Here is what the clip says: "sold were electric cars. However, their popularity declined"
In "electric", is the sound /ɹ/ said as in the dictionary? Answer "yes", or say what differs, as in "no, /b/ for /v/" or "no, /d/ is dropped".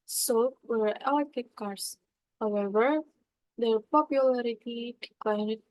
no, /ɹ/ is dropped